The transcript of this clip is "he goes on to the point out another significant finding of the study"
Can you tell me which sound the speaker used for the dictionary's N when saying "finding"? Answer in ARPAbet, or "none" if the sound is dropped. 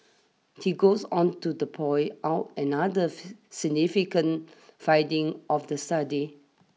none